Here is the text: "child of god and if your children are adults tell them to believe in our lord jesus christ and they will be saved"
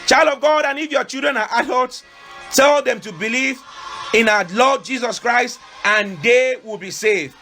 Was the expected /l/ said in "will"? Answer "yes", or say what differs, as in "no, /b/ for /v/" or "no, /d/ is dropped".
yes